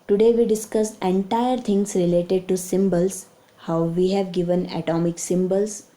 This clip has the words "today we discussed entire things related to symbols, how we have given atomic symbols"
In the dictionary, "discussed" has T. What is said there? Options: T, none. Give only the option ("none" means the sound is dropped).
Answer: none